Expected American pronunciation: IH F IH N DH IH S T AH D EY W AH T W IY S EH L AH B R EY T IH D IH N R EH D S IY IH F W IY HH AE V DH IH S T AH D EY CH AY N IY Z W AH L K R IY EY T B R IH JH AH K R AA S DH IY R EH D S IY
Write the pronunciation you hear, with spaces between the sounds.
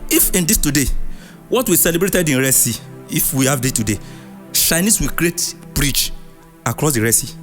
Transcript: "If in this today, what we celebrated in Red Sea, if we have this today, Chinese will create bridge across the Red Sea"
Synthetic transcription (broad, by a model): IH F IH N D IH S T AH D EY W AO T W IY S EH L AH B R EY T IH D IH N R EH S IY IH F W IY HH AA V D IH T AH D EY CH AY N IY S W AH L K R IY EY T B R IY CH AH K R AA S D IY R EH S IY